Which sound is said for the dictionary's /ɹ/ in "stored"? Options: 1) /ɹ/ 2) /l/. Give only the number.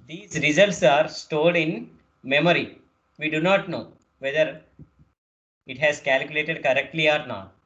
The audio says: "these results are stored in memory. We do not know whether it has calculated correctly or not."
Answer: 2